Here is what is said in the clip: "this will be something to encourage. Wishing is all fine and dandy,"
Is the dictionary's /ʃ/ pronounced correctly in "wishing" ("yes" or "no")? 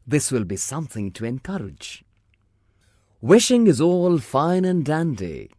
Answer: yes